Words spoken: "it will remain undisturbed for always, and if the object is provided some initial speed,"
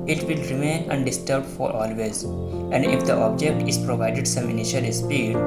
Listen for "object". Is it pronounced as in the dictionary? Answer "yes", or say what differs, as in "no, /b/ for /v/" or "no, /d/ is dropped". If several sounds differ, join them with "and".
yes